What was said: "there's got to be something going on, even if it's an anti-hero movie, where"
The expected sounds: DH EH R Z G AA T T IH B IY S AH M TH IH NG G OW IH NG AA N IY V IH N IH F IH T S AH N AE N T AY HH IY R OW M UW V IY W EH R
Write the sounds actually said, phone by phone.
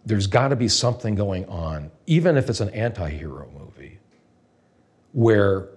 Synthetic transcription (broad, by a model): DH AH R Z G AA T T IH B IY S AH M TH IH NG G OW IH NG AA N IY V IH N IH F IH T S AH N AE N T AY HH IY R OW M UW V IY W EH R